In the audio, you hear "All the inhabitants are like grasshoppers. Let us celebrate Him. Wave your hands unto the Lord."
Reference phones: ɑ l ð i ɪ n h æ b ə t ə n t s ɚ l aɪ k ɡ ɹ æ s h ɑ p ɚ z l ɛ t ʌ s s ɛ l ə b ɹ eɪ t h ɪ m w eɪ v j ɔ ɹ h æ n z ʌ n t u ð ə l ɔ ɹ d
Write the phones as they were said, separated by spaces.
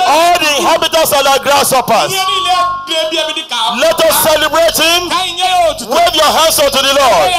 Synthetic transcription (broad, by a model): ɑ l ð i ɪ n h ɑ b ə t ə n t s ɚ n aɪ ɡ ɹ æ s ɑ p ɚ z l ɛ t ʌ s s ɛ l ə b ɹ eɪ t h ɪ m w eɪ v j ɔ h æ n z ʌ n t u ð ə l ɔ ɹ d